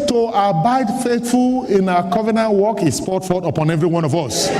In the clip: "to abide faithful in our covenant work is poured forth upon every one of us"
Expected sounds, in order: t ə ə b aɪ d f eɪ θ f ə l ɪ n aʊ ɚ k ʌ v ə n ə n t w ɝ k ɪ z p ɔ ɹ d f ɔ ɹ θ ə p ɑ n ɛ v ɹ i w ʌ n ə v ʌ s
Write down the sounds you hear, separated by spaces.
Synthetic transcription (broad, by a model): t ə ə b aɪ d f eɪ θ f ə l ɪ n aʊ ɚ k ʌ v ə n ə n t w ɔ k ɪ s p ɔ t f ɔ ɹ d ə p ɑ n ɛ v ɹ i w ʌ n ə v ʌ s